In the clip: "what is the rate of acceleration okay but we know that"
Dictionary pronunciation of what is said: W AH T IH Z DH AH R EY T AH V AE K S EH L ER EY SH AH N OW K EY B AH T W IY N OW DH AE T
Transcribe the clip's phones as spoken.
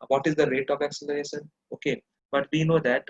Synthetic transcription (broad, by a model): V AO T IH Z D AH R EY T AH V AE K S EH L ER EY SH AH N OW K EY B AH T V IY N OW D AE T